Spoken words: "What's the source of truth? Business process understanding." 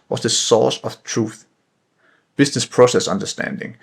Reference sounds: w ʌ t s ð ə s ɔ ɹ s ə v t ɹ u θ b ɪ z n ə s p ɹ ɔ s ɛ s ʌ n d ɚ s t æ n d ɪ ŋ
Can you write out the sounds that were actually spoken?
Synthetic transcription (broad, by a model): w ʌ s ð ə s ɔ s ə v t ɹ u θ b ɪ s n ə s p ɹ ɔ s ɛ s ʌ n d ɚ s t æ n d ɪ ŋ